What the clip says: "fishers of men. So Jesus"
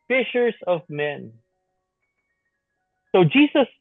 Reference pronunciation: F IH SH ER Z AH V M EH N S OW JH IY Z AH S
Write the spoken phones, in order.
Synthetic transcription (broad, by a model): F IH SH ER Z AH V M EH N S OW JH IY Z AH S